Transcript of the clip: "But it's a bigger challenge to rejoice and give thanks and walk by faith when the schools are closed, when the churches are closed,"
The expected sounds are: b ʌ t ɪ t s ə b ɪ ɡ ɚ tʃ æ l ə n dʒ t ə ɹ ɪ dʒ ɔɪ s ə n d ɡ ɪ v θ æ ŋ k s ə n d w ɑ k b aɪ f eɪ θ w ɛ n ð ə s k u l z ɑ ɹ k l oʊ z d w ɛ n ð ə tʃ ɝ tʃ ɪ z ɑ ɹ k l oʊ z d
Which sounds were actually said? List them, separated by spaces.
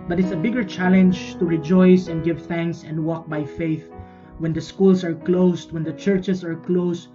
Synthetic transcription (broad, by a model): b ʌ t ɪ t s ə b ɪ ɡ ɚ tʃ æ l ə n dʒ t ə ɹ ɪ dʒ ɔɪ s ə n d ɡ ɪ v θ æ ŋ k s ə n d w ɑ k b aɪ f eɪ θ w ɛ n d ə s k u l s ɑ ɹ k l oʊ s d w ɛ n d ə tʃ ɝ tʃ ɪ s ɑ ɹ k l oʊ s